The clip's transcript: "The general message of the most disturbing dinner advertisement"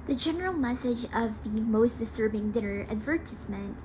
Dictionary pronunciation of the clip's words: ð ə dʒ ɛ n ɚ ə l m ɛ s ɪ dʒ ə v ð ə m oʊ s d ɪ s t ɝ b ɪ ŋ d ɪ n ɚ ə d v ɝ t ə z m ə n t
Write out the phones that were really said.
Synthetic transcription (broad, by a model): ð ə dʒ ɛ n ɚ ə l m ɛ s ɪ dʒ ə v ð ə m oʊ s d ɪ s t ɝ b ɪ ŋ d ɪ n ɚ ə d v ɝ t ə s m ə n t